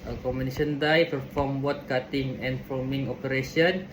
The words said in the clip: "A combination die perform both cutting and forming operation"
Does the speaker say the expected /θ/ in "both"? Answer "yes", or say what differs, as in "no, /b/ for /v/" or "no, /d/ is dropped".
no, /t/ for /θ/